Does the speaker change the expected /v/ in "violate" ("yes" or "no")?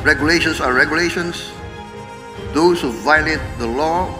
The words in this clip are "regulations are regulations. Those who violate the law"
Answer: no